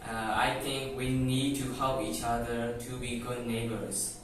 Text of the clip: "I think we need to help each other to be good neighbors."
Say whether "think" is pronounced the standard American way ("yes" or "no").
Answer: no